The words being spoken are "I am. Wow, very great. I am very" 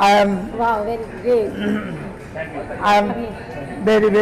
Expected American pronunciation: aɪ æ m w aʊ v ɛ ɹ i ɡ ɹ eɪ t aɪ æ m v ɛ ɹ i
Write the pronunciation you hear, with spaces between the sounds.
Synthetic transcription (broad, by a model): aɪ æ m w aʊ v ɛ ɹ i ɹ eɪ aɪ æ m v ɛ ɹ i